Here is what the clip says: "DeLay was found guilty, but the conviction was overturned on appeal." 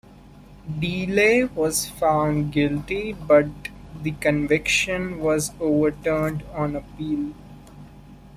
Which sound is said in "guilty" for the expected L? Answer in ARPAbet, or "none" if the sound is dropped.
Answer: L